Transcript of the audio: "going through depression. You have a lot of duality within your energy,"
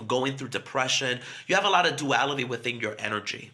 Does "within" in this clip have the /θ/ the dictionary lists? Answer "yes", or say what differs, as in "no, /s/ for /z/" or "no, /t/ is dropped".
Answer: yes